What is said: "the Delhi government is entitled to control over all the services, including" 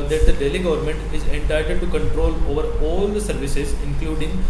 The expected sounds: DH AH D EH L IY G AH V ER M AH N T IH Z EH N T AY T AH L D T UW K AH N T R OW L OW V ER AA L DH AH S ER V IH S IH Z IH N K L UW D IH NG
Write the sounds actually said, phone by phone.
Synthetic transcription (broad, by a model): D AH D EH L IY G AH V ER M AH N T IH Z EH N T AY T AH D T UW K AH N T R OW L OW V ER AA L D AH S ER V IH S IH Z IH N K L UW D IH NG